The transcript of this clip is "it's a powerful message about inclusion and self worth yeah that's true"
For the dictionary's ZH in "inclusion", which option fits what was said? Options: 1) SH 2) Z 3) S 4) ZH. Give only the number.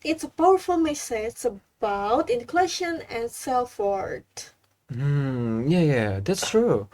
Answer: 1